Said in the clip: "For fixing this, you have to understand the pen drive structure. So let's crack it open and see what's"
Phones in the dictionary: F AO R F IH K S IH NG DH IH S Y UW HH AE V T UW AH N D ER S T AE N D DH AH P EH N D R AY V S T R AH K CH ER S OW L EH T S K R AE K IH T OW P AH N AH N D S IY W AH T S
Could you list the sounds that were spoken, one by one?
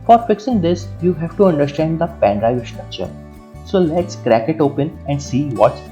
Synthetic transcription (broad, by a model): F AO R F IH K S IH NG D IH S Y UW HH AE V T UW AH N D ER S T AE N D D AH P EH N D R AY V S T R AH K CH ER S OW L EH T S K R AE K IH T OW P AH N AH N D S IY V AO T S